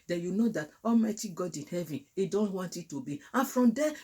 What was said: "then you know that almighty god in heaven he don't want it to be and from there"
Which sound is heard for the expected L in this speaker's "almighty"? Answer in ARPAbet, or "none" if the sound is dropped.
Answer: L